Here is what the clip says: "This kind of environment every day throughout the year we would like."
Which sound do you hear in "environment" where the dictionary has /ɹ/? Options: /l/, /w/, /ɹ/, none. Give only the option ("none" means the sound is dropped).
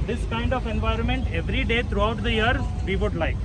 /ɹ/